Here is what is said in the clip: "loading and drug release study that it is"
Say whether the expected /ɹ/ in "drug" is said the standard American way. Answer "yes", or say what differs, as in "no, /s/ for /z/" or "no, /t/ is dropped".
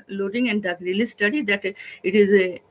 no, /ɹ/ is dropped